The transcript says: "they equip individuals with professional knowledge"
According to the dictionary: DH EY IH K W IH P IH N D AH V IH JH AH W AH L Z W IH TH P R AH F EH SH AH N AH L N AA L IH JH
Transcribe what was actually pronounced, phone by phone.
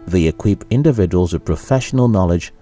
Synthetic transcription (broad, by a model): DH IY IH K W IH P IH N D AH V IH JH AH W AH L Z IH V P R AH F EH SH AH N AH L N AA L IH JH